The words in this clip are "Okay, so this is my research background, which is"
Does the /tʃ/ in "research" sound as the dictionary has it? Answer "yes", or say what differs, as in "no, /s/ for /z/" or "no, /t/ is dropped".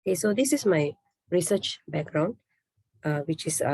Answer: yes